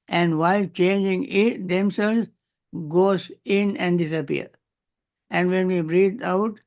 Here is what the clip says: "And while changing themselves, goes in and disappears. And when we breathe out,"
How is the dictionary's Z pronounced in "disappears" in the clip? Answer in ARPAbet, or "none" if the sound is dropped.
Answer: none